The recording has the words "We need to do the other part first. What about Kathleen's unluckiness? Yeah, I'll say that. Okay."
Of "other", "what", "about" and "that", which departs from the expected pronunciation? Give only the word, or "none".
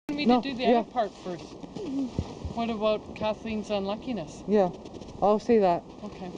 other